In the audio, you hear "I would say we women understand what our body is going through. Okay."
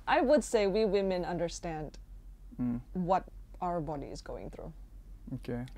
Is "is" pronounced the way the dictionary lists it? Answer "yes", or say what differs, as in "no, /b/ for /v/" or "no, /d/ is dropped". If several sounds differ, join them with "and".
yes